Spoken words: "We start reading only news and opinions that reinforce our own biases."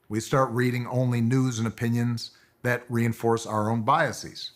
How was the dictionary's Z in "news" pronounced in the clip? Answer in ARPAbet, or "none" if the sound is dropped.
Z